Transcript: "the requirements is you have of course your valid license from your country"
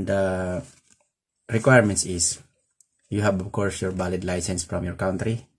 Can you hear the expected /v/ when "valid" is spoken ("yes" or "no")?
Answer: no